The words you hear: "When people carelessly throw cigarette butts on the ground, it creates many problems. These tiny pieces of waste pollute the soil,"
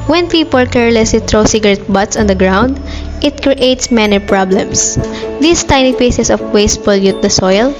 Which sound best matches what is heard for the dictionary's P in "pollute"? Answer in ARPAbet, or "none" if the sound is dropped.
F